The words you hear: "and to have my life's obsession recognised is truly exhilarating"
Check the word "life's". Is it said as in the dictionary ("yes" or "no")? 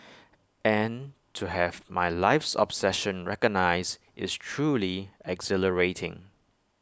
yes